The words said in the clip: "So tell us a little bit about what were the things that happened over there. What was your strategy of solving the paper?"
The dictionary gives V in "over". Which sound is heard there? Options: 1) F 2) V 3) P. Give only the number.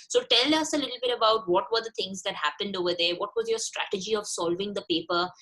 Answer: 2